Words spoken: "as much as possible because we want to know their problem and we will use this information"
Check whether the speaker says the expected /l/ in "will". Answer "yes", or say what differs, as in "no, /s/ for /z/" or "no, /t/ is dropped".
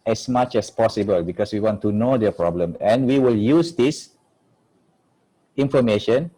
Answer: yes